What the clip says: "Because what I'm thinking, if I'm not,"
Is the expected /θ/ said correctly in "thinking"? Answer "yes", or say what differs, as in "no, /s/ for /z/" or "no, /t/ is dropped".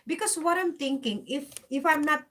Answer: no, /t/ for /θ/